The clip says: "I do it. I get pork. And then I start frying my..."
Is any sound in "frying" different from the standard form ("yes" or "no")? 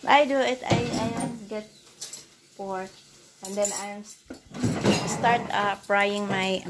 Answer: yes